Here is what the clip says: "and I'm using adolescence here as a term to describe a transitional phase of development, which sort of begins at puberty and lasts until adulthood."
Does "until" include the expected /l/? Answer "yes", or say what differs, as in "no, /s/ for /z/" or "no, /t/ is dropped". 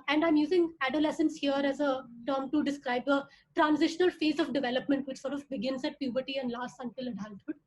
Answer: yes